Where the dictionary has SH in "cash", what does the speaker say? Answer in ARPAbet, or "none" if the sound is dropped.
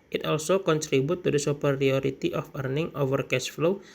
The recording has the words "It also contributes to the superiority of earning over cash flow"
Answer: S